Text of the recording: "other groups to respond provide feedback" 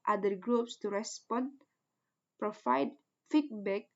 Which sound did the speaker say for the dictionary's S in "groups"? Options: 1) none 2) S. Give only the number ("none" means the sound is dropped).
2